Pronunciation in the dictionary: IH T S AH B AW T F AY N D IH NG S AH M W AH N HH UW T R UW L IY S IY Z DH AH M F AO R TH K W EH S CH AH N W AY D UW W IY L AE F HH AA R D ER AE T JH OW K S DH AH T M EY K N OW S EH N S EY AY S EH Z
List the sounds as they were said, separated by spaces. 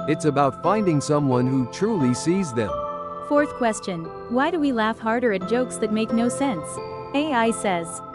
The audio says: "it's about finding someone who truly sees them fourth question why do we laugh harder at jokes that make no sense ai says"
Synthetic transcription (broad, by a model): IH T S AH B AW T F AY N D IH NG S AH M W AH N HH UW T R UW L IY S IY Z DH AH M F AO R TH K W EH S CH AH N W AY D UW W IY L AE F HH AA R D ER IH T JH OW K S DH AH T M EY K N OW S EH N S EY AY S EH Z